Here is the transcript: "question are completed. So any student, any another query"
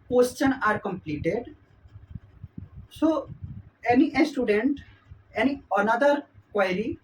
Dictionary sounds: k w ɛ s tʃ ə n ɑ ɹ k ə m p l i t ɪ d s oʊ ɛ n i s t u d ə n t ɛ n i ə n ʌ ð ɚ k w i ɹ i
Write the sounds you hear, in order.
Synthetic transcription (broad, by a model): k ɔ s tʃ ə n ɑ ɹ k ə m p l i t ɪ d s oʊ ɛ n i s t u d ə n t ɛ n i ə n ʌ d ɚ k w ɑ ɹ i